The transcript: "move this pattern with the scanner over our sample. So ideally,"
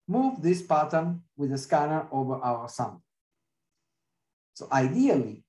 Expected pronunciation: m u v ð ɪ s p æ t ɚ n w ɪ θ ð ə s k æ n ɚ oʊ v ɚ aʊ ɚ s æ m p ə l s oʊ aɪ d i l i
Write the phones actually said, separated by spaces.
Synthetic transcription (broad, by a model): m u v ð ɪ s p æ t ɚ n w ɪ ð ə s k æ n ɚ oʊ v ɚ aʊ ɚ s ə n s oʊ aɪ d i l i